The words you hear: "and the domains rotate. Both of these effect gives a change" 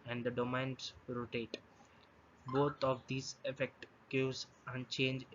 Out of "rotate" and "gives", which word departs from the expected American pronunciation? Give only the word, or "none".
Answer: gives